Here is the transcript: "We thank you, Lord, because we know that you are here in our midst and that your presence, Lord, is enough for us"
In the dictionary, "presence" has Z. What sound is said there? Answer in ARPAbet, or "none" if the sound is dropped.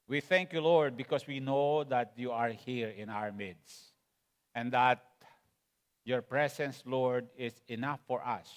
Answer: S